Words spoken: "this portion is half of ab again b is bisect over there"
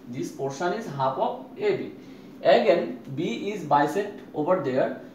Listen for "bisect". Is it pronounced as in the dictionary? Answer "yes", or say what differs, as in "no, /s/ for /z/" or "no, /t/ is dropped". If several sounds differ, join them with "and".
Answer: no, /k/ is dropped